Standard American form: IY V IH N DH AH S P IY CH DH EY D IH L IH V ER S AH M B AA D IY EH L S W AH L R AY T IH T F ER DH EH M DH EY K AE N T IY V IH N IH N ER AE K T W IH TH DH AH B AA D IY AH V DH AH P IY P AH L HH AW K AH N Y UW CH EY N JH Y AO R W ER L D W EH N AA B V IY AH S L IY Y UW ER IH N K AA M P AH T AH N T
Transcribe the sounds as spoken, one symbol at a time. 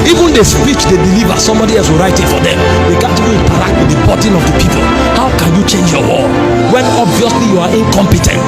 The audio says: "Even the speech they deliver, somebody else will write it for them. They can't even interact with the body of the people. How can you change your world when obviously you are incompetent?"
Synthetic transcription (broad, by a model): IY V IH N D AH S P IY CH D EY D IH L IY V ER S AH M B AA D IY EH L S W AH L R AY T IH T F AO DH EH M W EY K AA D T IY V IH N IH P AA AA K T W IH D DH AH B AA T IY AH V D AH P IY P AH L HH AW K AH N Y UW CH EY N JH Y AO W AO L W EH N AA B V IY AH S L IY Y UW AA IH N K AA M P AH T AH N T